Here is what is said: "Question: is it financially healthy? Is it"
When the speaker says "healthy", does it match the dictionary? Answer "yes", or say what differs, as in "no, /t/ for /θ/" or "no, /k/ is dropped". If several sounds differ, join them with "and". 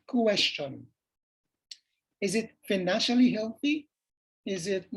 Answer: yes